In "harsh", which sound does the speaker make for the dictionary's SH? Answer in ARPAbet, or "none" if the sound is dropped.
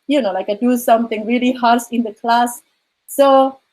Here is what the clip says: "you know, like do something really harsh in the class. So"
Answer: S